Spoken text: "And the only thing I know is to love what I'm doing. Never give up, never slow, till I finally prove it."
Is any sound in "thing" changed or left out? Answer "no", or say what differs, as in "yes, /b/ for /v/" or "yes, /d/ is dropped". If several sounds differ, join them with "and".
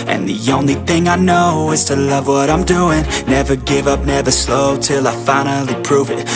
no